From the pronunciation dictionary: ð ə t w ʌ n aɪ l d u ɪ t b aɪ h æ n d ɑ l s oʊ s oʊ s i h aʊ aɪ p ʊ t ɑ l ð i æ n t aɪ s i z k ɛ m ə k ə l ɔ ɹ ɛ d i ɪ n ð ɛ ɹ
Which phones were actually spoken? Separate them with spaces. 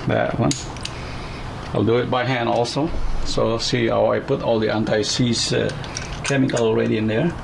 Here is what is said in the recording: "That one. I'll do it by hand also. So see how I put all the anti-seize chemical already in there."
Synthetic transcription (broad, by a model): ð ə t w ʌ n aɪ l d u ɪ t b aɪ h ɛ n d ɑ l s oʊ s oʊ s i h aʊ aɪ p ʊ t ɑ l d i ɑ n t aɪ s i s k ɛ m ə k ə l ɔ ɹ ɛ d i ɪ n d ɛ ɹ